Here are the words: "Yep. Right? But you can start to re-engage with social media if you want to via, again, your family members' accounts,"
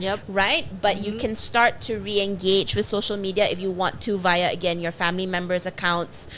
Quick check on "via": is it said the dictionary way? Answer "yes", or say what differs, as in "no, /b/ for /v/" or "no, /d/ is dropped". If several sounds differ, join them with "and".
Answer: yes